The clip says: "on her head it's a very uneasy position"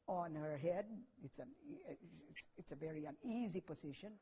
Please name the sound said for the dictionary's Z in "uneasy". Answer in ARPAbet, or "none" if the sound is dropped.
Z